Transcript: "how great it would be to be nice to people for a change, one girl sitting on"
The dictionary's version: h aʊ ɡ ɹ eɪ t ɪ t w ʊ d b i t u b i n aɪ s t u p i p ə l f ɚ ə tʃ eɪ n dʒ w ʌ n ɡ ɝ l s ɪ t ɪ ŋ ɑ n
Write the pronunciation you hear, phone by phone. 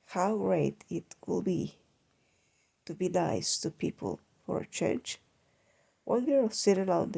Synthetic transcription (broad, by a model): h aʊ ɡ ɹ eɪ t ɪ t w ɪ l b i t u b i l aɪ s t u p i p ə l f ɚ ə tʃ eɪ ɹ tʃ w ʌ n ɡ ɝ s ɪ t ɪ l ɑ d